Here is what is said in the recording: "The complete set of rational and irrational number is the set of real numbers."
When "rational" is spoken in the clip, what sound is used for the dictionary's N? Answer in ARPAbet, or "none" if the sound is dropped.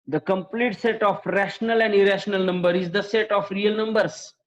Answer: N